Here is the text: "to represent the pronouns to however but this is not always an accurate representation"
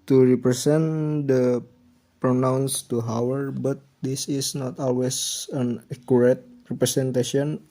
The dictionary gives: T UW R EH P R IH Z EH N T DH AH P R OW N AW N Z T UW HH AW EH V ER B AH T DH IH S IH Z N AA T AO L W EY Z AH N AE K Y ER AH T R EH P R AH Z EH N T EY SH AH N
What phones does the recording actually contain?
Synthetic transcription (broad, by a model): T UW R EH P R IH S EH N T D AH P R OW N AW N S T UW HH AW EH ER B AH T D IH S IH S N AA T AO L W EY S AH N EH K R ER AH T R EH P R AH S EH N T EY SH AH N